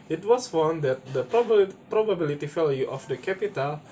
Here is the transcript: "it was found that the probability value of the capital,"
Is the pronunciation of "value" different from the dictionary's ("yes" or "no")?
yes